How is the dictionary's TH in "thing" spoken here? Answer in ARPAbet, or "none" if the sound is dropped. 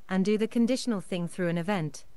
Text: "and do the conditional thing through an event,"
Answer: TH